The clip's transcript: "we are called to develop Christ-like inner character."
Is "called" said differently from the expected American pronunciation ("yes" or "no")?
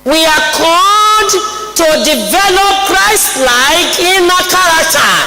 yes